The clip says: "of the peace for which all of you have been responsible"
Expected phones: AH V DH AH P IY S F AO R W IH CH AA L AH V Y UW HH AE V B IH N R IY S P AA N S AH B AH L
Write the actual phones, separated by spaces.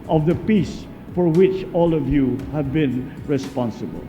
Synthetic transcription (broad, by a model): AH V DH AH P IY S F AO R W IH CH AA L AH V Y UW HH AE V B IH N R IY S P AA N S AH B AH L